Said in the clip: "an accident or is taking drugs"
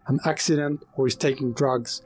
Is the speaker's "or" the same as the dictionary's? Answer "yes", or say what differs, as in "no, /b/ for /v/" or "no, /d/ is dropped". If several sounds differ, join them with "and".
no, /w/ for /ɹ/